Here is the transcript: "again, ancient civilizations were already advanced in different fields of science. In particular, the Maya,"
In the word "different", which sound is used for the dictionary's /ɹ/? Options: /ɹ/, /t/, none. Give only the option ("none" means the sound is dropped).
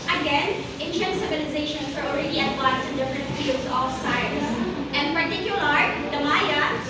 /ɹ/